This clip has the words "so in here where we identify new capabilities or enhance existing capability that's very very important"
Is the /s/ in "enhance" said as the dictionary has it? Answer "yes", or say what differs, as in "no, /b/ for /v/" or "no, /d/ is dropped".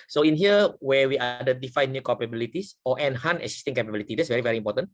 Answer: no, /s/ is dropped